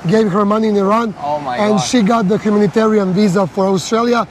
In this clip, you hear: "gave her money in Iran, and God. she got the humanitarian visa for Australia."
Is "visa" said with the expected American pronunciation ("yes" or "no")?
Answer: yes